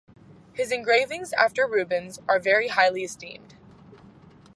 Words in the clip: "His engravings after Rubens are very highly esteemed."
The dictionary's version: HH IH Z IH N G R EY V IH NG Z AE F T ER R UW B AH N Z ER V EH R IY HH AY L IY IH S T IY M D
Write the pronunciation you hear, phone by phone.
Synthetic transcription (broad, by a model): HH IH Z IH N G R EY V IH NG Z AE F T ER R UW B AH N Z ER V EH R IY HH AY L IY IH S T IY M D